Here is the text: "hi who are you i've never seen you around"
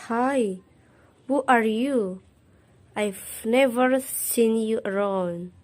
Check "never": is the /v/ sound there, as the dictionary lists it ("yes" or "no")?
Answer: yes